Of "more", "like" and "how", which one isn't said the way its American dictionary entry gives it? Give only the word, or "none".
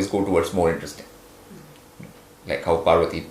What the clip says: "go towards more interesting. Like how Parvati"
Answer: more